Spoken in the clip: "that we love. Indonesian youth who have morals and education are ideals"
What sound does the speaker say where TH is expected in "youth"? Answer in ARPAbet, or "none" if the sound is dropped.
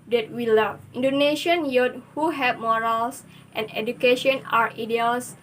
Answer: T